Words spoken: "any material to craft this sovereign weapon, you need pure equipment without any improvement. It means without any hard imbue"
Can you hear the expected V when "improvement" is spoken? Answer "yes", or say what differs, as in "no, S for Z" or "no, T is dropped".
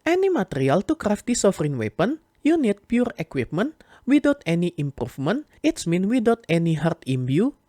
no, F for V